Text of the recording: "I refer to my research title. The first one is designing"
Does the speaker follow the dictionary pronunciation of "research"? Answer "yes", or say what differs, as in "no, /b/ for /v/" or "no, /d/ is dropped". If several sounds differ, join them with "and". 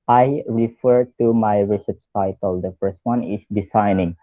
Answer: no, /s/ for /tʃ/